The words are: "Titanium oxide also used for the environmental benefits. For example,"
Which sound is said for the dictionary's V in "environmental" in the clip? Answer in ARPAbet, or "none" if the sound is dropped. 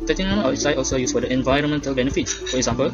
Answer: V